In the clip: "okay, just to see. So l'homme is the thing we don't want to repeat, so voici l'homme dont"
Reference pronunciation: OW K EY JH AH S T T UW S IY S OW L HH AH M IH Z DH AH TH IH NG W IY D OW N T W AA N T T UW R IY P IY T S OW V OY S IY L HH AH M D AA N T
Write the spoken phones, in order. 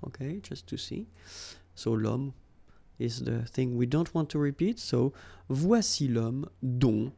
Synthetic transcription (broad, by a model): OW K EY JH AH S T T UW S IY S OW L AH M IH Z DH AH TH IH NG W IY D OW N T W AA N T T UW R IY P IY T S OW V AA S IY L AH M D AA